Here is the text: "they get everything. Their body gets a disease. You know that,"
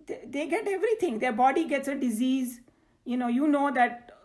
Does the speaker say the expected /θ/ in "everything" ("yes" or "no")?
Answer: no